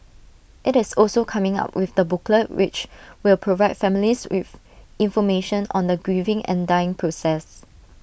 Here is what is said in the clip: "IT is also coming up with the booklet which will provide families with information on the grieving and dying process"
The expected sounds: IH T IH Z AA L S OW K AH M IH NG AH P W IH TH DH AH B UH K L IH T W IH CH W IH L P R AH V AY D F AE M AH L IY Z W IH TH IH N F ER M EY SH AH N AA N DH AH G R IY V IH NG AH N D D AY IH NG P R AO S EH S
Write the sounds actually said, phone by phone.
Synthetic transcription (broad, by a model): IH T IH S AA L S OW K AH M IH NG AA P W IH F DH AH B UH K L IH T W IH CH W IH L P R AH V AY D F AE M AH L IY S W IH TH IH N F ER M EY SH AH N AA N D AH G R IY V IH NG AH N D D AY IH NG P R AO S EH S